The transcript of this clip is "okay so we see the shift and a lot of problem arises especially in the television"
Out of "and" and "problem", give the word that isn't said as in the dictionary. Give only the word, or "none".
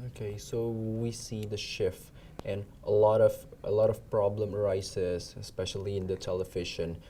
and